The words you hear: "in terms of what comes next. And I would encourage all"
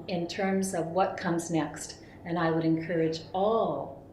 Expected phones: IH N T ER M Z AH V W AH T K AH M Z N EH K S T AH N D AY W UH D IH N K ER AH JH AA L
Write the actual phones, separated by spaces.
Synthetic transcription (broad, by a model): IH N T ER M Z AH V W AH T K AH M Z N EH K S T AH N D AY W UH D IH N K ER AH JH AA L